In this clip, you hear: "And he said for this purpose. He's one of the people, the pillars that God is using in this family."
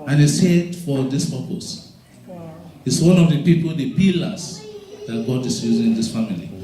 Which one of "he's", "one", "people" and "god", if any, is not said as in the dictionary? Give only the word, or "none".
he's